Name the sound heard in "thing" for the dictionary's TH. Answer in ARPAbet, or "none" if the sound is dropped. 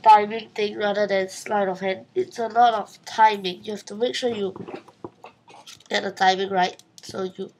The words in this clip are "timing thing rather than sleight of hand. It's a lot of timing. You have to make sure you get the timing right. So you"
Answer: T